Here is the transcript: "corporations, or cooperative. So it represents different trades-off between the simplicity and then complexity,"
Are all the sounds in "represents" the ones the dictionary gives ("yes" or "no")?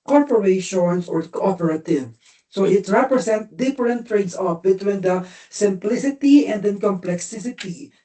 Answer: no